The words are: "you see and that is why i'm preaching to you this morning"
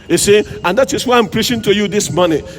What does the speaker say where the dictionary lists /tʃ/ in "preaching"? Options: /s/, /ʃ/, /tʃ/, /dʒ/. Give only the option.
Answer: /ʃ/